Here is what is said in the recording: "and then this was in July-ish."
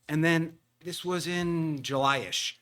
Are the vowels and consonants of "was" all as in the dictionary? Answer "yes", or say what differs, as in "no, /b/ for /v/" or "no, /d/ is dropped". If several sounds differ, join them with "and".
yes